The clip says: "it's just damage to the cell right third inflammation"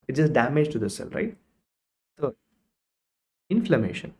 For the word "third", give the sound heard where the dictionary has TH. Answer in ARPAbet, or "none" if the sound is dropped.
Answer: S